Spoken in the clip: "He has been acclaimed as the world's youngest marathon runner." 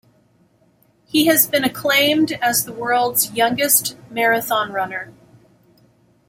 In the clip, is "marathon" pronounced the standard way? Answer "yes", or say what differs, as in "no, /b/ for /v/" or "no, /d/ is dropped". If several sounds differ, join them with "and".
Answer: yes